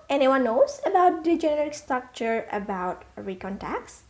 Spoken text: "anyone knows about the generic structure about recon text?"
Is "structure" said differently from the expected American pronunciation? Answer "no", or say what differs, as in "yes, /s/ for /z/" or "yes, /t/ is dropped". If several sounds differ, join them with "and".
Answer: no